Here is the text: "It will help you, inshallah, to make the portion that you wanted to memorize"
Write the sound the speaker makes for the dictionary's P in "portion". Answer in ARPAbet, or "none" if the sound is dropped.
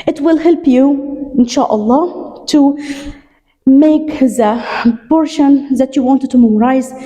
B